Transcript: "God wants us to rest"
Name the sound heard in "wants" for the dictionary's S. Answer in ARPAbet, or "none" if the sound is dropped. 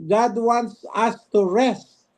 S